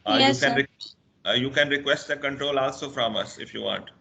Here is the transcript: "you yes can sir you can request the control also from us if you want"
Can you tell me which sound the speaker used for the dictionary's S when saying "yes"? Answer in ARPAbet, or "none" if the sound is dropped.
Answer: none